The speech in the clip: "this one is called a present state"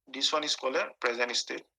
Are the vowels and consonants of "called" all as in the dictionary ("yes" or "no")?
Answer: no